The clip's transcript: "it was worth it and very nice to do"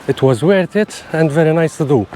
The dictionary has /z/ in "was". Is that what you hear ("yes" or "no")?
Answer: yes